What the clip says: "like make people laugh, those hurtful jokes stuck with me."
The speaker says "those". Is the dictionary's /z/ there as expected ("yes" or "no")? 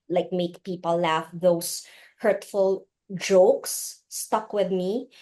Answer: no